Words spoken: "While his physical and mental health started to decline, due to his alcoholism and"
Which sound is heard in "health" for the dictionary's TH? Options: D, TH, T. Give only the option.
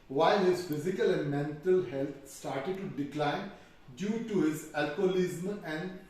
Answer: T